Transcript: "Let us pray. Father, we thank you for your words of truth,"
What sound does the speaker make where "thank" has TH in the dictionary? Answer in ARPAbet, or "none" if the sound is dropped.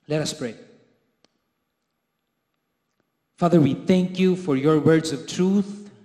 TH